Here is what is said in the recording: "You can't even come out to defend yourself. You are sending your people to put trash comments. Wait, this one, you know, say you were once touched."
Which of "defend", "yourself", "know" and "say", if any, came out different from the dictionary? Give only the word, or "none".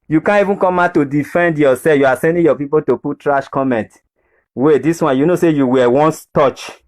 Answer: yourself